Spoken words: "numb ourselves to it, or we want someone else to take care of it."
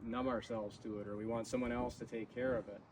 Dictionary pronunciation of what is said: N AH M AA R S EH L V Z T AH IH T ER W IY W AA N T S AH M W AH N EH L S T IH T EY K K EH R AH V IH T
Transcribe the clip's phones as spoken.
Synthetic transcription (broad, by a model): N AH M AA R S EH L V Z T AH IH T ER W IY W AA N T S AH M W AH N EH L S T IH T EY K K EH R AH V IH T